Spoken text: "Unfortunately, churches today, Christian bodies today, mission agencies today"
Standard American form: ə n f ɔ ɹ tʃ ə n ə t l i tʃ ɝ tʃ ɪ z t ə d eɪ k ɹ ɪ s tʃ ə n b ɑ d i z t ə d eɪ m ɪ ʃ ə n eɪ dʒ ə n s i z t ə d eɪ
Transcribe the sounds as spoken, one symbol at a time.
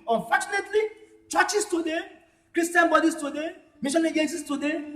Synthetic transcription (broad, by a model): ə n f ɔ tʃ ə n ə t l i tʃ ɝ tʃ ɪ s t ə d eɪ k ɹ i s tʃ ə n b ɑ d i s t ə d eɪ m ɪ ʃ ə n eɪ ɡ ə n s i s t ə d eɪ